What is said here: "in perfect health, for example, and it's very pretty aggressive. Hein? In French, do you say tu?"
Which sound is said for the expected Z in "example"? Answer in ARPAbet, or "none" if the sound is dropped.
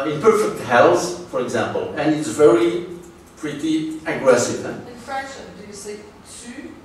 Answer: Z